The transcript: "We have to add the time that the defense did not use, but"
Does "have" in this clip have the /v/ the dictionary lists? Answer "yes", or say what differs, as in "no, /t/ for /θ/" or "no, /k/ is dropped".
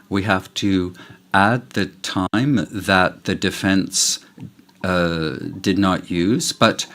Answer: no, /f/ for /v/